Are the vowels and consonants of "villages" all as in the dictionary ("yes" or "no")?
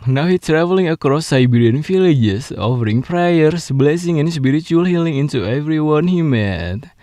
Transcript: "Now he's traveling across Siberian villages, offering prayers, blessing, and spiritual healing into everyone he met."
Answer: no